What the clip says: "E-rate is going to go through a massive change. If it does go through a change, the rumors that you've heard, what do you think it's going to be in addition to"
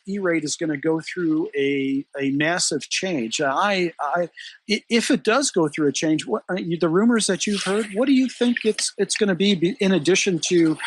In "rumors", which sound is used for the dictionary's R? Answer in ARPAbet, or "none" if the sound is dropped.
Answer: R